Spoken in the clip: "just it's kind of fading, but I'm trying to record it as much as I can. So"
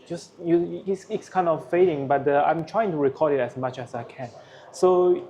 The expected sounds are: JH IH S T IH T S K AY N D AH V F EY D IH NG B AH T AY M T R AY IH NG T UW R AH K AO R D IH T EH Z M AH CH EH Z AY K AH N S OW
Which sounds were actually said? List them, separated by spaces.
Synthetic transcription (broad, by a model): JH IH S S IH T S K AY N D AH F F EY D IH NG B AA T AY M T R AY IH NG T UW R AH K AO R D IH T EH S M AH CH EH S AY K AH N S OW